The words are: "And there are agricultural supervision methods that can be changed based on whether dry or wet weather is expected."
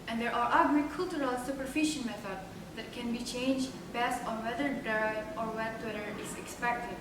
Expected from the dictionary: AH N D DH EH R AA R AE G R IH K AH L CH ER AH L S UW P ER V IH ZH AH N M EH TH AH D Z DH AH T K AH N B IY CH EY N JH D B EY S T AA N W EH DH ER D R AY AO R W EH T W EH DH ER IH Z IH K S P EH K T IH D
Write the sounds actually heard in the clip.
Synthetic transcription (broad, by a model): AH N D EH R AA R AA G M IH K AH L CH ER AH L S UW P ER F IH SH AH N M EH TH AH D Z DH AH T K AH N B IY CH EY N JH D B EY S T AA N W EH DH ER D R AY AO R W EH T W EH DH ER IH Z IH K S P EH K T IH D